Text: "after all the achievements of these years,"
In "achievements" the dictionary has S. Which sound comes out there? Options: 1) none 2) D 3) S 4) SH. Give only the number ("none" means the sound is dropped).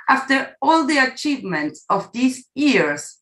3